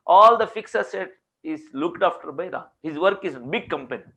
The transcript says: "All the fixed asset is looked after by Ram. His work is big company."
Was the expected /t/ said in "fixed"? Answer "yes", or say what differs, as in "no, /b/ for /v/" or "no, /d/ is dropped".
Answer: no, /t/ is dropped